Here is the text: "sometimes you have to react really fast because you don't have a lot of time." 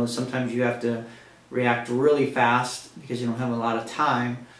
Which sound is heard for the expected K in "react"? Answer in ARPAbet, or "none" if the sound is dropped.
K